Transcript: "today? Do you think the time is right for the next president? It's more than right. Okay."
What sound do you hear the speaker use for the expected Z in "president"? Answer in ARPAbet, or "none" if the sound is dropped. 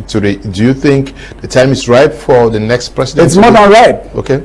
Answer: S